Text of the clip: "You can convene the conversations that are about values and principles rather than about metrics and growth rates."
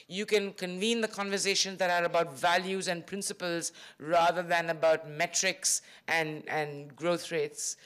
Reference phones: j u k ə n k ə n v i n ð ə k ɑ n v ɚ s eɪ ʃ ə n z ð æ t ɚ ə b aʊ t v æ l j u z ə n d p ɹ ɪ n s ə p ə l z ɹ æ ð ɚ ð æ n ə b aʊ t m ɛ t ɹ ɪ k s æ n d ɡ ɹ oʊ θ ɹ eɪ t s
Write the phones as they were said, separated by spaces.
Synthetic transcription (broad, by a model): j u k ə n k ə n v i n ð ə k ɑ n v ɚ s eɪ ʃ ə n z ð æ t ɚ ə b aʊ t v æ l j u z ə n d p ɹ ɪ n s ə p ə l z ɹ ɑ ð ɚ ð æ n ə b aʊ t m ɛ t ɹ ɪ k s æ n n ɡ ɹ oʊ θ ɹ eɪ t s